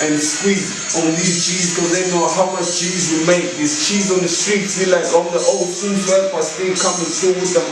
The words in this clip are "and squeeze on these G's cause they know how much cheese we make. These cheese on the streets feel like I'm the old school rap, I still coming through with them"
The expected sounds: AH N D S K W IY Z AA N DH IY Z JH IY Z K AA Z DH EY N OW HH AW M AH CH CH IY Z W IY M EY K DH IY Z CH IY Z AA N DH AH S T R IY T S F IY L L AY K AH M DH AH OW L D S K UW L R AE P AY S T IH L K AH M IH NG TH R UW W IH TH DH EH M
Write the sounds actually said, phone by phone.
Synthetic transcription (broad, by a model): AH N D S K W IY AA N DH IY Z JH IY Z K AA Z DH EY N OW HH AW M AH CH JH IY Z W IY M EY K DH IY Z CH IY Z AA N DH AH S T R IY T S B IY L L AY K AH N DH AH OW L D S UW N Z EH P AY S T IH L K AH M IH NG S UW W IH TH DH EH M